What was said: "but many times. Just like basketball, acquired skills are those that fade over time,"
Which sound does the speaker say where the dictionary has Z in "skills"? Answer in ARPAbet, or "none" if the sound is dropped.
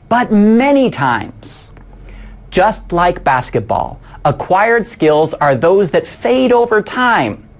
Z